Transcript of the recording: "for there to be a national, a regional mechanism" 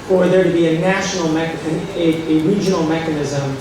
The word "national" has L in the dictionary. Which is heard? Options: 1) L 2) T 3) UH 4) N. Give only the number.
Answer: 4